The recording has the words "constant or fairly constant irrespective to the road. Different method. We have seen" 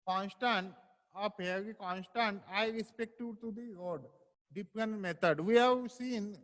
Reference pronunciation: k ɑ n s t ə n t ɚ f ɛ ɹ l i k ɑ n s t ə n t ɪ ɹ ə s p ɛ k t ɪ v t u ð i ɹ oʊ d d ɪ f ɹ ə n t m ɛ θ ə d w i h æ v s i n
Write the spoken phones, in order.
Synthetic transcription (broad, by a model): k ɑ n s t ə n t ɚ p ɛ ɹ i k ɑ n s t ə n t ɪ ɹ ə s p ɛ k t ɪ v t u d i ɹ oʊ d d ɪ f ɹ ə n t m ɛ t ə d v i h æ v s i n